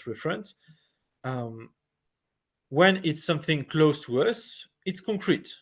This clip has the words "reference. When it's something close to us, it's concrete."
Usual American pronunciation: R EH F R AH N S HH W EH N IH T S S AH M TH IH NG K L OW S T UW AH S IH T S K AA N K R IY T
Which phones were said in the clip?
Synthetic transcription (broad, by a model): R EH F R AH N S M W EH N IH T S S AH M TH IH NG K L OW S T UW AH S IH T S K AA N K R IY T